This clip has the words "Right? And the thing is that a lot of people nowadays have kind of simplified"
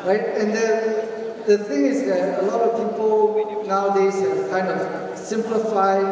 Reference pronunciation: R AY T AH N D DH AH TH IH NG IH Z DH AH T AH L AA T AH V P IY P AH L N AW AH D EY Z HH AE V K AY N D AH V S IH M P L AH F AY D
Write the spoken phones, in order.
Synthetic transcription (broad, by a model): R AY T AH N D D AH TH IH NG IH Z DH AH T AH L AA T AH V P IY P AH L N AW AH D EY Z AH K AY N D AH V S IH M P L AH F AY